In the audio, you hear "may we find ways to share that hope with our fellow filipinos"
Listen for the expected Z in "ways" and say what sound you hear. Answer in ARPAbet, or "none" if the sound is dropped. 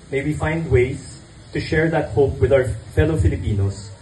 S